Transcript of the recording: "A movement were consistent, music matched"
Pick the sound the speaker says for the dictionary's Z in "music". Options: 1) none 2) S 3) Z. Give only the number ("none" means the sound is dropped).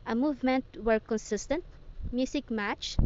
2